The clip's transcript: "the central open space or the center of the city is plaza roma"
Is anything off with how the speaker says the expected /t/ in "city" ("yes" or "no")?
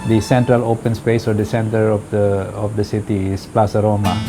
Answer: yes